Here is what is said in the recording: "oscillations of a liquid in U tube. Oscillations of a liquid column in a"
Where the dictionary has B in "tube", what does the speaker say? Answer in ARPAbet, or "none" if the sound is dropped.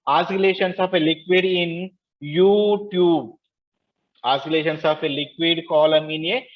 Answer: B